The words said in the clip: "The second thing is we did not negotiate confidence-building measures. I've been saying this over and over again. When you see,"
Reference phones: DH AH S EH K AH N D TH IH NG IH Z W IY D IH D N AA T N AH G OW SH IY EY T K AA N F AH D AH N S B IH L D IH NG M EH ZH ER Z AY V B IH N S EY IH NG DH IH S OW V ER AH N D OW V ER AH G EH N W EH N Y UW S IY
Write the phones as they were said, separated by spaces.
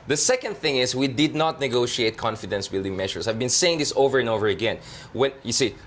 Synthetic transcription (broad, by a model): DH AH S EH K AH N D TH IH NG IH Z W IY D IH D N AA T N AH G OW SH IY EY T K AA N F AH D AH N S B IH L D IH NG M EH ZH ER S AY V B IH N S EY IH NG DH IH S OW V ER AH N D OW V ER AH G EH N W EH N Y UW S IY